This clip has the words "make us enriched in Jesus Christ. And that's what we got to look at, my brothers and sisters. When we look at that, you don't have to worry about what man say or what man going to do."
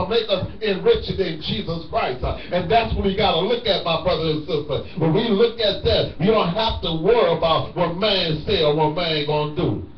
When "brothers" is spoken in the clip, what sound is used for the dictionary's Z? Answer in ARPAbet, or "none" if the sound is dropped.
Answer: none